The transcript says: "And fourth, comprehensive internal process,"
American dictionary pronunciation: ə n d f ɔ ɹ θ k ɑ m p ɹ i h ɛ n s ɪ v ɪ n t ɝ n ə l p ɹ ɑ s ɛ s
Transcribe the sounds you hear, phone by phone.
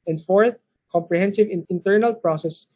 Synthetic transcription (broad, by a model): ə n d f ɔ ɹ θ k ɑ m p ɹ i h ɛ n s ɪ v ɪ n t ɝ n ə l p ɹ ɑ s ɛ s